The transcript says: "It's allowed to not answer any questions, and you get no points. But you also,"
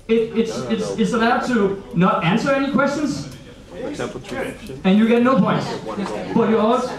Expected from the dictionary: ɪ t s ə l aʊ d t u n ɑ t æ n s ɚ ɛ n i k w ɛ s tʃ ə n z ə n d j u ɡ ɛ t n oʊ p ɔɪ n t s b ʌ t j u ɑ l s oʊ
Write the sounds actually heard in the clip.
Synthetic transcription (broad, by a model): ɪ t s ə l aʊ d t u n ɑ t æ n s ɚ ɛ n i k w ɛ s tʃ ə n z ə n j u ɡ ɛ t n oʊ p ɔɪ n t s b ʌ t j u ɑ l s